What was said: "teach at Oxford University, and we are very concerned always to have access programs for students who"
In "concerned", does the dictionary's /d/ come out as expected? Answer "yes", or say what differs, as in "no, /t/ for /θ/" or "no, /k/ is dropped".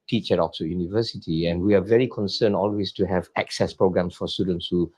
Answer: no, /d/ is dropped